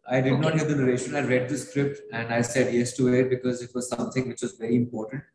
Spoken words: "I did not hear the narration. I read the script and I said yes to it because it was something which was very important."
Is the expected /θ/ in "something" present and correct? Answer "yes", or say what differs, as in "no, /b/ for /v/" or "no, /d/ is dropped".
no, /t/ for /θ/